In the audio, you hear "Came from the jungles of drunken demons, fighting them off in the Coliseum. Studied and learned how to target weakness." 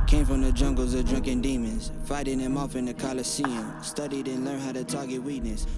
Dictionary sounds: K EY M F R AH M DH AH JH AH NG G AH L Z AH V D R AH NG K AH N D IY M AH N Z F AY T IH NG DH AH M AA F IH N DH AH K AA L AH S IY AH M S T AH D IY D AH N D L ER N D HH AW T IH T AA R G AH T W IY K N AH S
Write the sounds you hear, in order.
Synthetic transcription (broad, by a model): K EY M F R AH M DH AH JH AH NG G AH L Z AH V D R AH NG K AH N D IY M AH N Z F AY T IH NG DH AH M AA F IH N DH AH K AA L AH S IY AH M S T AH D IY D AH N L ER N HH AW T IH T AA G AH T W IY K N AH S